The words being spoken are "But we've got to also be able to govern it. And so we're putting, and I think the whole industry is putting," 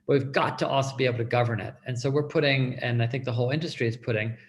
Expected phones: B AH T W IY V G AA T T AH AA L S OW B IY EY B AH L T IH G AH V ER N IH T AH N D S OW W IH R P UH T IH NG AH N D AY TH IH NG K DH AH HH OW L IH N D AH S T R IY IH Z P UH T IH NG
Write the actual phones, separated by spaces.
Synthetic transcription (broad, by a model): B AH T W IY V G AA T T AA L S OW B IY EY B L T IH G AH V ER N IH T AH N S OW W IH R P UH T IH NG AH N AY TH IH NG K DH AH HH OW L IH N D AH S T R IY IH Z P UH T IH NG